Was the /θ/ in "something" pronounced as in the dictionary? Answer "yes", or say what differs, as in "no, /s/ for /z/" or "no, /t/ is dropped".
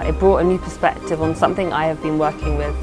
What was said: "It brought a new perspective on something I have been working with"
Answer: yes